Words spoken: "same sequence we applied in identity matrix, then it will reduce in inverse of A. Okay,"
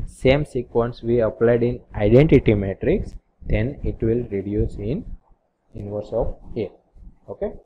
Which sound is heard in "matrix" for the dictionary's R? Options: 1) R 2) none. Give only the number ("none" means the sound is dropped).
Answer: 1